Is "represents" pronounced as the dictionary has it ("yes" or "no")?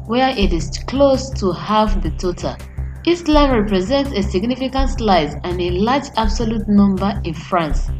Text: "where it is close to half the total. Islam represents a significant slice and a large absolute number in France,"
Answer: yes